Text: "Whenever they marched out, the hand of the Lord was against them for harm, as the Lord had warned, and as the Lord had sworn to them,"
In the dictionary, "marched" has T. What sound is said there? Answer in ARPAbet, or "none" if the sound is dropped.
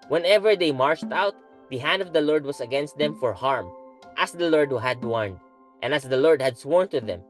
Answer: T